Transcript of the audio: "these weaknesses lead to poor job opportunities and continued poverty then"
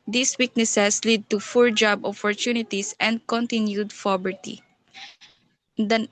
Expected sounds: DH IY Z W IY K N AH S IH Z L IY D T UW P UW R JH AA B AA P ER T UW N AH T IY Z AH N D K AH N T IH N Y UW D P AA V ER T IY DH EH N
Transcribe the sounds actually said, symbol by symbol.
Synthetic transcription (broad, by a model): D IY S W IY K N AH S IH S L IY D T UW F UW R JH AA B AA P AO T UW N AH T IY S AH N D K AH N T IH N Y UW D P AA B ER T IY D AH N